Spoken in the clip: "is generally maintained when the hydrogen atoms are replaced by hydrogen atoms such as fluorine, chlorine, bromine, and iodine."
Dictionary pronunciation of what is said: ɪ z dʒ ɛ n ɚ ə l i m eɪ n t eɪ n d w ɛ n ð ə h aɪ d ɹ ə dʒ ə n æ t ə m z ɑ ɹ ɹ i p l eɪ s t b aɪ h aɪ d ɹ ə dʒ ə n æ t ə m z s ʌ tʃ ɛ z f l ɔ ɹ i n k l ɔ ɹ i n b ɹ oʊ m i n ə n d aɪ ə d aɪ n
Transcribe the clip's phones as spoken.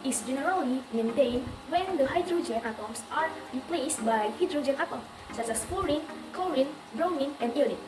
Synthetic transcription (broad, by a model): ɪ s dʒ ɛ n ɚ ə l i m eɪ n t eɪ n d w ɛ n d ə h aɪ d ɹ ə dʒ ə n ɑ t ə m s ɑ ɹ ɹ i p l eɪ s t b aɪ h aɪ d ɹ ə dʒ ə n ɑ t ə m s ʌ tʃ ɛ s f ɔ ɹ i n k ɔ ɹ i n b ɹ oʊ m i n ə n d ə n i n